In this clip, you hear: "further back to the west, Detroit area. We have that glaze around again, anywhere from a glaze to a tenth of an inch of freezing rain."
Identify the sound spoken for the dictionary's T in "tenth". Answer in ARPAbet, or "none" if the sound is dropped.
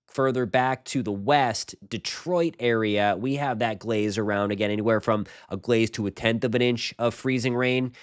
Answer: T